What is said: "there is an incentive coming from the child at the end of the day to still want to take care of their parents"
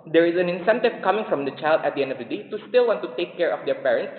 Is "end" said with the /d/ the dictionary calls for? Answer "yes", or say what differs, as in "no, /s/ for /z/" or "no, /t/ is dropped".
yes